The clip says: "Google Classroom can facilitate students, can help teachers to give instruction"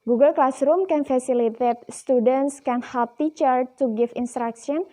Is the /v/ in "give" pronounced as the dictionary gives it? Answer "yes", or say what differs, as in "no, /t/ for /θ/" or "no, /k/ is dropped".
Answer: no, /f/ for /v/